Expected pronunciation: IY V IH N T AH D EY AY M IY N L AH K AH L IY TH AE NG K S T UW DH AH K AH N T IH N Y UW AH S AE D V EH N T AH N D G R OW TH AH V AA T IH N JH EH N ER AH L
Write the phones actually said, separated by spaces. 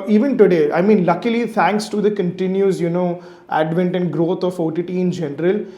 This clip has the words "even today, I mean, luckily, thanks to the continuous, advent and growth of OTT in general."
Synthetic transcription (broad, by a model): IY V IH N T AH D EY AY M IY N L AH K AH L IY T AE NG K S T UW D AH K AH N T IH N Y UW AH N AE D V EH N T AH N D G R OW F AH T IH T IH N JH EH N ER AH L